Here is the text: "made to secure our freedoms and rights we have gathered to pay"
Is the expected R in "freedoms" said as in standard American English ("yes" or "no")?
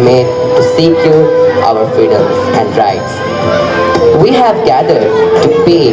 no